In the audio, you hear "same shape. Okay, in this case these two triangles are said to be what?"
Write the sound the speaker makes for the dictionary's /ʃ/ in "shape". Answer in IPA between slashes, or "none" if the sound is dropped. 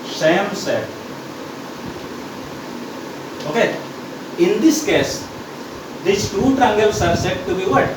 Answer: /s/